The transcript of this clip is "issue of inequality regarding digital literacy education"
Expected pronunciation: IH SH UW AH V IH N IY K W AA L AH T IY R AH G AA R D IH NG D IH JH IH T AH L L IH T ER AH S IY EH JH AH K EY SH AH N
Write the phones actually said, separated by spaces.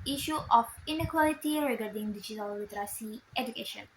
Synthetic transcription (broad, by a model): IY SH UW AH F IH N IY K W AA L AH T IY R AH G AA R D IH NG D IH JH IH T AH L W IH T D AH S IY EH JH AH K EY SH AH N